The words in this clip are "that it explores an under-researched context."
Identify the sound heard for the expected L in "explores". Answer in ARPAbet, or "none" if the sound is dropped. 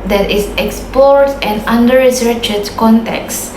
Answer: none